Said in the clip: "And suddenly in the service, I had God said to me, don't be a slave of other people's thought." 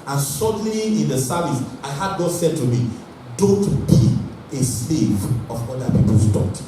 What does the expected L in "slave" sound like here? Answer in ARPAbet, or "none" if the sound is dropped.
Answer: L